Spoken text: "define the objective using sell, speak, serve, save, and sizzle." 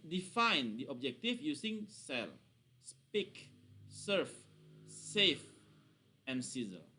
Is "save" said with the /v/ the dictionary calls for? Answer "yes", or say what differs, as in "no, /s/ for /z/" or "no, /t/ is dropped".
no, /f/ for /v/